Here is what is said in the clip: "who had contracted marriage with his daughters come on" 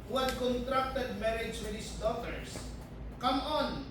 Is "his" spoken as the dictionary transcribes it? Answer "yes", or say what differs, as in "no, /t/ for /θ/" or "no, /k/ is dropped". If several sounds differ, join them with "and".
no, /s/ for /z/